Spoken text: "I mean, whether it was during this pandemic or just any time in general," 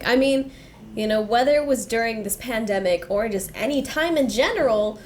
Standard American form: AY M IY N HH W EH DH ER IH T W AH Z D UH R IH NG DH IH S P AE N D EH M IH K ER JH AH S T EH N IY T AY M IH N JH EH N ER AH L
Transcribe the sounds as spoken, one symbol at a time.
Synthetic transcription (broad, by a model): AY M IY N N W EH DH ER IH T W AH Z D UH R IH NG DH IH S P AE N D EH M IH K ER JH AH S T EH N IY T AY M IH N JH EH N ER L